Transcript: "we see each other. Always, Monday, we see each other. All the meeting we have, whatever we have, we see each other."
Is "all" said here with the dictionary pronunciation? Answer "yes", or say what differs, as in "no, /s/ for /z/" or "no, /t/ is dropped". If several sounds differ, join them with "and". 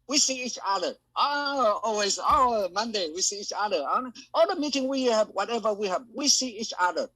no, /n/ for /l/